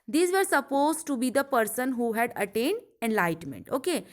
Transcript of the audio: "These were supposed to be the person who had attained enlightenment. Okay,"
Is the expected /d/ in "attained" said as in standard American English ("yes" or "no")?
yes